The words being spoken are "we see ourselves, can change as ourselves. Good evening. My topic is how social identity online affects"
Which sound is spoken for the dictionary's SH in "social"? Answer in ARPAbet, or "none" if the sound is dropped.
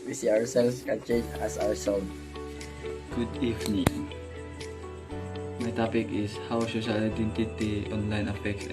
S